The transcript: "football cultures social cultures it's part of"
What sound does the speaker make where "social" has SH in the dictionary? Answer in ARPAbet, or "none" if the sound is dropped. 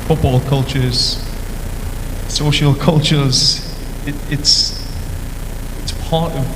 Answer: SH